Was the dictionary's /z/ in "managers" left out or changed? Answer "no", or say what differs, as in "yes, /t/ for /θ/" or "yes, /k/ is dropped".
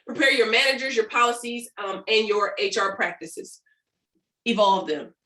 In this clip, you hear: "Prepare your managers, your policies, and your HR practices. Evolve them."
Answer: no